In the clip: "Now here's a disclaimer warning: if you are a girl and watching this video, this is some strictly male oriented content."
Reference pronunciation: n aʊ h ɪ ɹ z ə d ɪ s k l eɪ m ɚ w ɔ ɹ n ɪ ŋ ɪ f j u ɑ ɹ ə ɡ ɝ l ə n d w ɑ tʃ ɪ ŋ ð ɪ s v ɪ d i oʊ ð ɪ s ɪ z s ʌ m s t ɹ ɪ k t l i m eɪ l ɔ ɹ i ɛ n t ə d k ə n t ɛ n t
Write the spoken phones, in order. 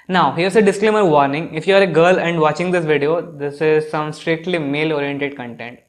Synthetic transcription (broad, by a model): n aʊ h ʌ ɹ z ə d ɪ s k l eɪ m ɚ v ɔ ɹ n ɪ ŋ ɪ f j u ɑ ɹ ə ɡ ɝ l ə n d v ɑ tʃ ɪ ŋ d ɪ s v ɪ d i oʊ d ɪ s ɪ z s ʌ m s t ɹ ɪ k t l i m eɪ l ɔ ɹ i ɛ n t ə d k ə n t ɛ n t